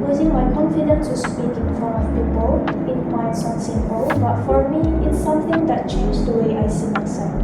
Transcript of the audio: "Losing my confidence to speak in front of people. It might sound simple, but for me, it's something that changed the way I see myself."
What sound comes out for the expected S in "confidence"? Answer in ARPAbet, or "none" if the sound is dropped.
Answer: none